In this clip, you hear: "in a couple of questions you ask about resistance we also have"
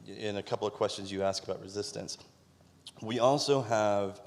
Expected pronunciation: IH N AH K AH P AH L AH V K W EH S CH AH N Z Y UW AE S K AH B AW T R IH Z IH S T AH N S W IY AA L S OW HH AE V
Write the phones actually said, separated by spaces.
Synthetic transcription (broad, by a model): IH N AH K AH P L AH V K W EH S CH AH N Z Y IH AE S K AH B AW T R IH Z IH S T AH N S W IY AA L S OW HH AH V